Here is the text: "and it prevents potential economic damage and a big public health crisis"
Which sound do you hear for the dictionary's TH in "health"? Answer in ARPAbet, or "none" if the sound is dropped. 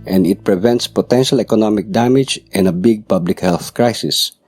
TH